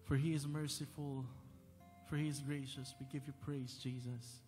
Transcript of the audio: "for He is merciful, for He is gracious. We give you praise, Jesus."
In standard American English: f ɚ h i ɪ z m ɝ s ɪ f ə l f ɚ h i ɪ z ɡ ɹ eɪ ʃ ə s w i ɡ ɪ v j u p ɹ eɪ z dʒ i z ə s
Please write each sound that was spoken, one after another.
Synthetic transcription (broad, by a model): f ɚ h i ɪ z m ɝ s ɪ f ə l f ɚ h i ɪ z ɡ ɹ eɪ ʃ ə s w i ɡ ɪ v j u p ɹ eɪ z dʒ i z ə s